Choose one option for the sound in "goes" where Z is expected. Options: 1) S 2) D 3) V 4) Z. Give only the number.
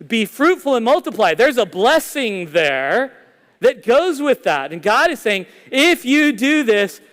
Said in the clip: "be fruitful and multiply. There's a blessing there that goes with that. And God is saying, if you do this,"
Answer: 4